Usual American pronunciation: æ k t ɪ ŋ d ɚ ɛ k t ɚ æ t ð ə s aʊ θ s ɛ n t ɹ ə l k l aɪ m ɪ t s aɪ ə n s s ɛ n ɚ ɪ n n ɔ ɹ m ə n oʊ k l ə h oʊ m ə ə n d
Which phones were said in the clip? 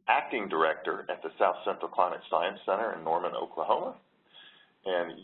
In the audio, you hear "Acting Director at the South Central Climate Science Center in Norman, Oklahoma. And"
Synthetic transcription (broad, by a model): æ k t ɪ ŋ d ɚ ɛ k t ɚ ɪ t ð ə s aʊ θ s ɛ n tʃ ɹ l k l aɪ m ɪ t s aɪ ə n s s ɛ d ɚ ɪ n n ɔ ɹ m ə n oʊ k l ə h oʊ m ə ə n